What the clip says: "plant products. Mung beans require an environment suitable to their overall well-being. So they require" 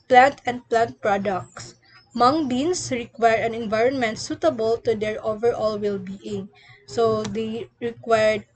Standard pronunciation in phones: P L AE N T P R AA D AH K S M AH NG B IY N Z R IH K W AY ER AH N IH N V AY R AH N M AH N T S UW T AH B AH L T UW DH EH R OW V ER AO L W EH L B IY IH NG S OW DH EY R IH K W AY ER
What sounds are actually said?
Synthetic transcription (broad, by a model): P L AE N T P R AA D AH K S M AH NG B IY N S R IH K W AY ER AH N IH N V AY R AH N M AH N T S UW T AH B AH L T UW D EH R OW V ER AO L W EH L B IY IH NG S OW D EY R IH K W AY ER